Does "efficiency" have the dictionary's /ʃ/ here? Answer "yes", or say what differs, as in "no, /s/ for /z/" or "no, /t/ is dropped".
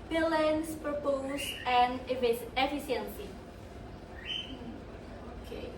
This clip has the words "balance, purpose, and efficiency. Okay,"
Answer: no, /s/ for /ʃ/